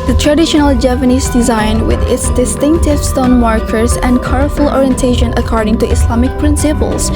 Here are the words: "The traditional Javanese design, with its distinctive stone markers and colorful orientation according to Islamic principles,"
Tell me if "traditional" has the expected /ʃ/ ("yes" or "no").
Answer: yes